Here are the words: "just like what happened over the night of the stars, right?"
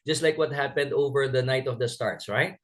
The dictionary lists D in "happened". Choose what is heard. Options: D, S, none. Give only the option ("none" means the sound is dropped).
D